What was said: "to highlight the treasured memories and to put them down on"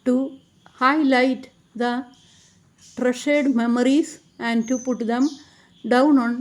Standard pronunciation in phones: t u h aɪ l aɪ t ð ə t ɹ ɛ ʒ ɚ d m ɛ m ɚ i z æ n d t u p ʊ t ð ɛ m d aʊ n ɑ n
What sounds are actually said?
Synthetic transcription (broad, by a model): t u h aɪ l aɪ t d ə t ɹ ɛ ʃ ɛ d m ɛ m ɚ i s æ n d t u p ʊ t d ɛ m d aʊ n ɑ n